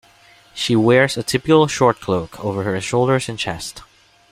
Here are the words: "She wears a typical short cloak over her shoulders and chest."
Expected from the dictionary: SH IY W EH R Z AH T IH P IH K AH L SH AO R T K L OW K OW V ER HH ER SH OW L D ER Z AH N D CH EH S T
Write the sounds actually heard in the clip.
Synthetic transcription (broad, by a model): SH IY W EH R Z AH T IH P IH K L SH AO R T K L OW K OW V ER HH ER SH OW L D ER Z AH N CH EH S T